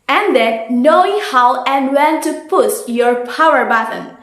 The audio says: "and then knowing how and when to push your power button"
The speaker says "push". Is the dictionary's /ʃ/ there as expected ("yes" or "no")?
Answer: no